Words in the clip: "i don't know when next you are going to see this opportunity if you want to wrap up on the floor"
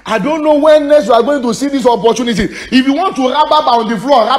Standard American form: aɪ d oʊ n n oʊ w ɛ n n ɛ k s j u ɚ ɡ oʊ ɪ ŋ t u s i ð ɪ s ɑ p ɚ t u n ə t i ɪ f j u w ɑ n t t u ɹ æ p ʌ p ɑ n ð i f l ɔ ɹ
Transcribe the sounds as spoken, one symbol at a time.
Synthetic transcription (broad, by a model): aɪ d oʊ n n oʊ w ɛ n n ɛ s j u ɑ ɡ oʊ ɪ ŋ t u s i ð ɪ s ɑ p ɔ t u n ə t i ɪ f j u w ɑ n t t u ɹ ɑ b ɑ b ɑ n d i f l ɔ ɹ